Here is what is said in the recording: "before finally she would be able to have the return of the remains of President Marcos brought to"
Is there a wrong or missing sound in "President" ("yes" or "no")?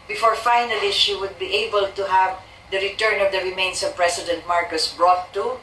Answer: yes